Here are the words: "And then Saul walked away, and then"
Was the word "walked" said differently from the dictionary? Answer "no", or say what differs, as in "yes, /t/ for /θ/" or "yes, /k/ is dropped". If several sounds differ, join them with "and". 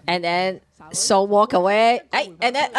yes, /t/ is dropped